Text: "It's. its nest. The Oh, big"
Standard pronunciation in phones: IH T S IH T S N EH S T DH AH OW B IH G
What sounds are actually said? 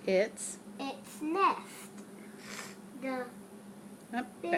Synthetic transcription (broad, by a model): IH T S IH T S N EH S T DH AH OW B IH